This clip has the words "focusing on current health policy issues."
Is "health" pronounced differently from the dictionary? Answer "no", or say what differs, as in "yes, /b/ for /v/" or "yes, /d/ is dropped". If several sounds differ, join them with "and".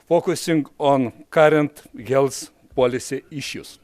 yes, /s/ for /θ/